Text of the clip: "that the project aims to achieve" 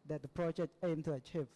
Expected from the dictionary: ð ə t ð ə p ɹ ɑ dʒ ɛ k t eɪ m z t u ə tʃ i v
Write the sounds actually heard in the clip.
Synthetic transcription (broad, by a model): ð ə t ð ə p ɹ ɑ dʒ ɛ k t eɪ m t u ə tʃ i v